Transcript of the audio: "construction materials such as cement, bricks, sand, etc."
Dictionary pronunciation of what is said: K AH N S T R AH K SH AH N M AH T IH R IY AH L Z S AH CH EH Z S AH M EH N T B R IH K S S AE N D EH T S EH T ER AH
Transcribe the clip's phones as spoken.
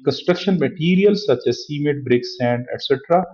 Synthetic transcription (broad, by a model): K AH N S T R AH K SH AH N M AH T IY R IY AH L S AH CH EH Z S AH M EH T B R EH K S S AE N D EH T S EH T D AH